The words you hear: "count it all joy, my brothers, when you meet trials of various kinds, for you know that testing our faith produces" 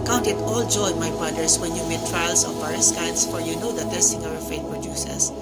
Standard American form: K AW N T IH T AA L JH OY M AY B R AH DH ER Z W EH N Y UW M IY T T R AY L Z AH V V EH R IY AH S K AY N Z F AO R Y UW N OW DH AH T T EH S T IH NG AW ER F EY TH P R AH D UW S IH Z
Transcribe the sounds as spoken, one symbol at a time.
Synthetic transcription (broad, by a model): K AW N T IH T AA L JH OY M AY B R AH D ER S W EH N Y UW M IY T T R AY L S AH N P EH R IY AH S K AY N S F AO R Y UW N OW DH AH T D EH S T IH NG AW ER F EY T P R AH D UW S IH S